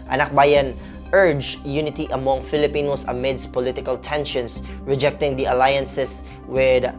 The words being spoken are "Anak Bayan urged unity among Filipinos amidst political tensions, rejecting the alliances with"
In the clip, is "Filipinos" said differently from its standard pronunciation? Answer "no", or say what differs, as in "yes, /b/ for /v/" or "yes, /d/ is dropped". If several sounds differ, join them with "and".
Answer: yes, /s/ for /z/